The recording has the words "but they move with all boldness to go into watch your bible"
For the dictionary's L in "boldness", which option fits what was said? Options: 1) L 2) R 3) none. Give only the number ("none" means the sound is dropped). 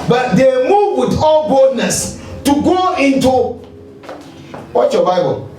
3